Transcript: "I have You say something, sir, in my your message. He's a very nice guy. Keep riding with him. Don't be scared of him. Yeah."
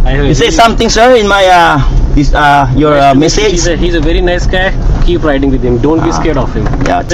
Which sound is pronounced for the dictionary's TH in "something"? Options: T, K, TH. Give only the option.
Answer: T